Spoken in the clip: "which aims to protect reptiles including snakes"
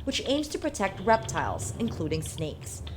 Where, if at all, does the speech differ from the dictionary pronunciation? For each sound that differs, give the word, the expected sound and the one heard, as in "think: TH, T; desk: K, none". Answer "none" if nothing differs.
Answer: none